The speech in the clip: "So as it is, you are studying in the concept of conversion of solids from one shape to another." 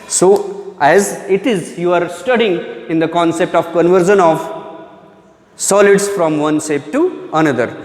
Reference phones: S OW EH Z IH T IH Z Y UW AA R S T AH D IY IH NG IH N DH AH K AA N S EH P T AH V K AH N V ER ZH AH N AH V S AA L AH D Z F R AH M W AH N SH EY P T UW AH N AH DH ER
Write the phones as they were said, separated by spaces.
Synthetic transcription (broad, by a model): S OW EH Z IH T IH Z Y UW AA R S T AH D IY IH NG IH N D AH K AA N S EH P T AH V K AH N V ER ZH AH N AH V S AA L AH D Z F R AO M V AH N S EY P T UW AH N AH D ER